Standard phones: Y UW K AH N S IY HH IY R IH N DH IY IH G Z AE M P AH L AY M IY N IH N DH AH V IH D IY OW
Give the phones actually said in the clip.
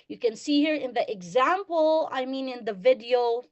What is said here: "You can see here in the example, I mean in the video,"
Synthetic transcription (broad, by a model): Y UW K AH N S IY HH IY R IH N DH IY IH G Z AE M P AH L AY M IY N IH N DH AH V IH D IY OW